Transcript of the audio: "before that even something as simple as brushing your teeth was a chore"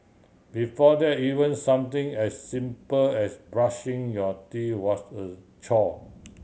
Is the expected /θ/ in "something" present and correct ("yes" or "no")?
no